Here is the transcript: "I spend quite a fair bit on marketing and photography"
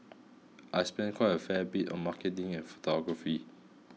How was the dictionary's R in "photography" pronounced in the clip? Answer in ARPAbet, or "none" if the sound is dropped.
none